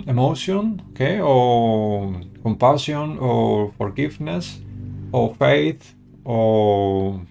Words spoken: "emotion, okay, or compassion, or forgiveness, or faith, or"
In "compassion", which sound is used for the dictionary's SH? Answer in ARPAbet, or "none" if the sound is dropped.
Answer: S